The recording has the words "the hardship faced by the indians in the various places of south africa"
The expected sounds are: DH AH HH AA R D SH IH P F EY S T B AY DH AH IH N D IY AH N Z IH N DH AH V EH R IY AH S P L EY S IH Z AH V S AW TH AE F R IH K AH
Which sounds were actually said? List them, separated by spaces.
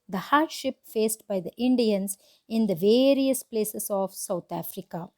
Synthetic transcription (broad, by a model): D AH HH AA R D SH IH P F EY S T B AY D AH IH N D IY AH N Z IH N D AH V EH R IY AH S P L EY S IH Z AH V S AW T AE F R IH K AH